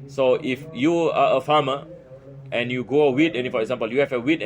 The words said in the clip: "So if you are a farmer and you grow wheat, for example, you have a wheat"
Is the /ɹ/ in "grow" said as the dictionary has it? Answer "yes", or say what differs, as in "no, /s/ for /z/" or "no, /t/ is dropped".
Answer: no, /ɹ/ is dropped